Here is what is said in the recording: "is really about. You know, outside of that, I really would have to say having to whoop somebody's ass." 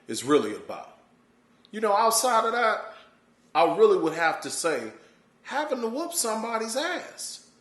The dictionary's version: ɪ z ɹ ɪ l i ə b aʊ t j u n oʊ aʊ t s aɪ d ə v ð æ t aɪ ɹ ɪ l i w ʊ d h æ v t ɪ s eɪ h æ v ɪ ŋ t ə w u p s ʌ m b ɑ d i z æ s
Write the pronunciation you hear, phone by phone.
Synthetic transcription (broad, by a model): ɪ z ɹ ɪ l i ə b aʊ j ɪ n oʊ aʊ t s aɪ d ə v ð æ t aɪ ɹ ɪ l i w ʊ d h æ f t ɪ s eɪ h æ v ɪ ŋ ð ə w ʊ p s ʌ m b ɑ d i z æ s